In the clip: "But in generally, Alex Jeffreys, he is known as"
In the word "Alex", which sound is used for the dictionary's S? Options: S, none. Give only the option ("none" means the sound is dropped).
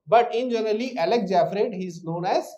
none